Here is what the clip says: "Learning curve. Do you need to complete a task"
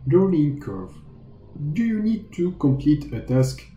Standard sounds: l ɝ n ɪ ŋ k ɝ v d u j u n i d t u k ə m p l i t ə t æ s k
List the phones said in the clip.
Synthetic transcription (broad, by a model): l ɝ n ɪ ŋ k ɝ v d u j u n i d t u k ə m p l i t ə t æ s k